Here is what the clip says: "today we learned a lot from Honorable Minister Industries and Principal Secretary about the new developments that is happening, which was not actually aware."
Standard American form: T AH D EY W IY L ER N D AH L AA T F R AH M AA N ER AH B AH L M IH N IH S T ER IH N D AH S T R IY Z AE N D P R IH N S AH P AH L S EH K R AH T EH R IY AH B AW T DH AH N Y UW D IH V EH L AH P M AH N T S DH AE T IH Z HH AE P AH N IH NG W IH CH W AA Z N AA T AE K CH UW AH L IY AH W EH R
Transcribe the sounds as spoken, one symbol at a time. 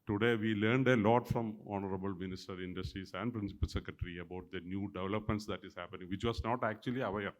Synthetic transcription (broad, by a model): T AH D EY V IY L ER N D AH L AA T F R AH M AA N ER AH B AH L M IH N IH S T ER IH N D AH S T R IY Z AE N D P R IH N S AH P AH L S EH K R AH T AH R IY AH B AW T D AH N Y UW D IH V EH L AH P M AH N T S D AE T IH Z HH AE P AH N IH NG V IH CH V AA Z N AA T AE K CH UW AH L IY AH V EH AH